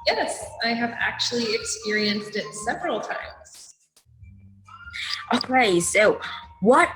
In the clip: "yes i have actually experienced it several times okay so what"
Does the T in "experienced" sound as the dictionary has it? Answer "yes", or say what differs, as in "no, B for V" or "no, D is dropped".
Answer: yes